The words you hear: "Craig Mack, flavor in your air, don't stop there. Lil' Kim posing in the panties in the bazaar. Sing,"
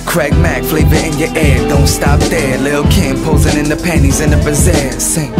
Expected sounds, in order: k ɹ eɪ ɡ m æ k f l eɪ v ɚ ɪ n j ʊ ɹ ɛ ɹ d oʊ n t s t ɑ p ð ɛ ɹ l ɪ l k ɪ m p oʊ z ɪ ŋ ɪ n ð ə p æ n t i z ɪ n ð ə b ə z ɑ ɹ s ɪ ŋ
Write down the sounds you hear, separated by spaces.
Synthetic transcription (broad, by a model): k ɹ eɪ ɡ m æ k f l eɪ v ɚ ɪ n j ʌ ɹ ɛ ɹ d oʊ n t s t ɑ p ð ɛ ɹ l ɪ l k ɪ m p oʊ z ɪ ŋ ɪ n ð ə p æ n i z ɪ n ð ə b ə z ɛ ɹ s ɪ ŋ